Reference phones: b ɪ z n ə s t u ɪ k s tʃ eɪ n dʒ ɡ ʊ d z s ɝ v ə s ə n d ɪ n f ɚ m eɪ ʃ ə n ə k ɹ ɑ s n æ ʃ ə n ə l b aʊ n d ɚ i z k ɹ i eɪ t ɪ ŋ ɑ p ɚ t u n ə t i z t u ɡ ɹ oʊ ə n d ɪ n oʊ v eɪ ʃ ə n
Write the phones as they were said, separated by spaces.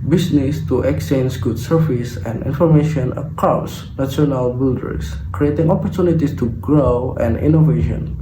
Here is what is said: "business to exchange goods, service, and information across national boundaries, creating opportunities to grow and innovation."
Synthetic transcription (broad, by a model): b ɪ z n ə s t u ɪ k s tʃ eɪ n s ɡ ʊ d s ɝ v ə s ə n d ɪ n f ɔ m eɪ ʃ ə n ə k ɹ ɑ s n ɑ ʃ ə n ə l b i l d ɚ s k ɹ i eɪ t ɪ ŋ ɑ p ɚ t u n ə t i s t u ɡ ɹ oʊ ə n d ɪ n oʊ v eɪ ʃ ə n